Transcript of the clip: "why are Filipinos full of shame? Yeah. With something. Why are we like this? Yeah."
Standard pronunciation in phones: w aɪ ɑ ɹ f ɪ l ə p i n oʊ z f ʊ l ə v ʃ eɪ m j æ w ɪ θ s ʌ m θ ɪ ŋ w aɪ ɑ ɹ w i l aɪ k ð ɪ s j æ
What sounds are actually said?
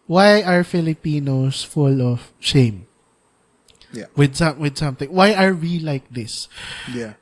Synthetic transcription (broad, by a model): w aɪ ɑ ɹ f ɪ l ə p i n oʊ s f ʊ l ə v ʃ eɪ m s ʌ w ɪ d s ʌ m θ ɪ ŋ w aɪ ɑ ɹ w i l aɪ k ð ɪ s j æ